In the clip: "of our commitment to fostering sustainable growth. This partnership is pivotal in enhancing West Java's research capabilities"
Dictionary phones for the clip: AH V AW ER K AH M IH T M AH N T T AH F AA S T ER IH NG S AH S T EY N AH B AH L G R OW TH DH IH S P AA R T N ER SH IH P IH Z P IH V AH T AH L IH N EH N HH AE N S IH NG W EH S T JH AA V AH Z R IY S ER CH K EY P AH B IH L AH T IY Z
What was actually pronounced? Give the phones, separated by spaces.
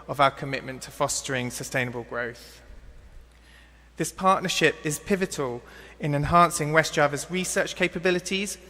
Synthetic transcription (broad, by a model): AH V AW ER K AH M IH T M AH N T T AH F AA S T ER IH NG S AH S T EY N AH B AH L G R OW TH DH IH S P AA T N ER SH IH P IH Z P IH V AH T AH L IH N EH N HH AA N S IH NG W EH S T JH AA V AH Z R IY S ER CH K EY P AH B IH L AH T IY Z